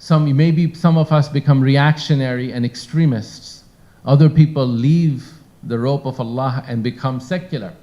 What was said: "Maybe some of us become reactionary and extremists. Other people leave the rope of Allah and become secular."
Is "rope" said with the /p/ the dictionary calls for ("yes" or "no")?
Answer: yes